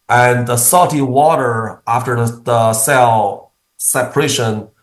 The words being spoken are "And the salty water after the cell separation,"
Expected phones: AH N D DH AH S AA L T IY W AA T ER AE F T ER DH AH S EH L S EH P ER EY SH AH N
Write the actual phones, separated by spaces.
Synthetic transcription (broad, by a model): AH N DH AH S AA T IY W AA T ER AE F T ER DH AH S EH L S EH P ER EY SH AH N